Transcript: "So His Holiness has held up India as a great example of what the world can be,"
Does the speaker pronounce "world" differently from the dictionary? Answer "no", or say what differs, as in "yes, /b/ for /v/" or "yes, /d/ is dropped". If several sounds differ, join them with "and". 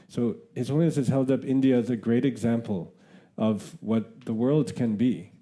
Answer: no